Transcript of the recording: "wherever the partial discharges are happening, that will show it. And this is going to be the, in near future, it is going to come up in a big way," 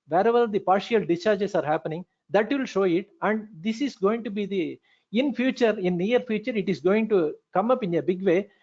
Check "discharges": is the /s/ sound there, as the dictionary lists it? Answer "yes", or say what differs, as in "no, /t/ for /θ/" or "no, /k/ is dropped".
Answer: no, /s/ is dropped